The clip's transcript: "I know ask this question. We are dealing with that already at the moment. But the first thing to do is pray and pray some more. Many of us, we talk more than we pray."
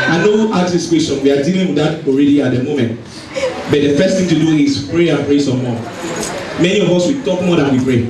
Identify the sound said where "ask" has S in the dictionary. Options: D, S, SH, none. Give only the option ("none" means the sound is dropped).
none